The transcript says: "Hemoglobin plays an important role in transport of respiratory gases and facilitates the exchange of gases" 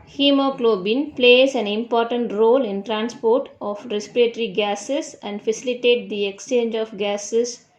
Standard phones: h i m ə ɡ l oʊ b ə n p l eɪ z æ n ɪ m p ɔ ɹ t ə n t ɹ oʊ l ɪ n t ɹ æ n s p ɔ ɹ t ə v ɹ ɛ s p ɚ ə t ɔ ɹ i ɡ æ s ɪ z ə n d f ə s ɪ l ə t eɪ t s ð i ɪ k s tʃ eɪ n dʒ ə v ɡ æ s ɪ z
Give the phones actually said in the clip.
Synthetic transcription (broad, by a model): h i m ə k l oʊ b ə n p l eɪ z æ n ɪ m p ɔ ɹ t ə n t ɹ oʊ l ɪ n t ɹ æ n s p ɔ ɹ t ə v ɹ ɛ s p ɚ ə t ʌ ɹ i ɡ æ s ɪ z ə n d f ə s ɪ l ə t eɪ t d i ɪ k s tʃ eɪ n dʒ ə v ɡ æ s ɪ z